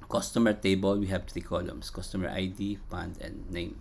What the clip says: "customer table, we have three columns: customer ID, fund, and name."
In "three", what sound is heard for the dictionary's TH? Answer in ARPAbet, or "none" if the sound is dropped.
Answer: T